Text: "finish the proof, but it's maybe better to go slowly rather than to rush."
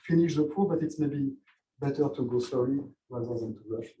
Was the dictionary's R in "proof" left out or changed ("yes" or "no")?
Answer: yes